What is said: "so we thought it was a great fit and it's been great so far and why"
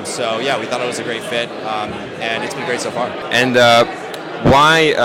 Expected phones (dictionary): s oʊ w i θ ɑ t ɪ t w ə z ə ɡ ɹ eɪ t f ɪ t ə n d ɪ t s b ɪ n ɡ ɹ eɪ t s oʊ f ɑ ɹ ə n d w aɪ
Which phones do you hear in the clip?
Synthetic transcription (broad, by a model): s oʊ w i θ ɑ t ɪ t w ə z ə ɡ ɹ eɪ t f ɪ t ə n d ɪ t s b ɪ n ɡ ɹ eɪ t s oʊ f ɑ ɹ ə n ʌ w aɪ